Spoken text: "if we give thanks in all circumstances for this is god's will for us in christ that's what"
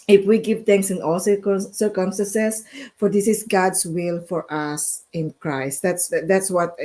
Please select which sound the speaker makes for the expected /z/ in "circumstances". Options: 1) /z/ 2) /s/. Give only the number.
2